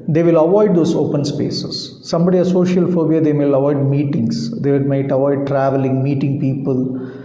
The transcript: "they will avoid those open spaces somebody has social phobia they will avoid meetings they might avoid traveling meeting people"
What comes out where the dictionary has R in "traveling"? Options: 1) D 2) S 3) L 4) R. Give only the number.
4